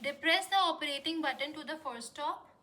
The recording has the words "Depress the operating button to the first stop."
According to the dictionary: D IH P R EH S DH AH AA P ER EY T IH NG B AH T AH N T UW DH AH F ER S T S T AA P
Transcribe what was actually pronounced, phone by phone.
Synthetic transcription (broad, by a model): D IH P R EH S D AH AA P ER EY T IH NG B AH T AH N T UW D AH F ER T S T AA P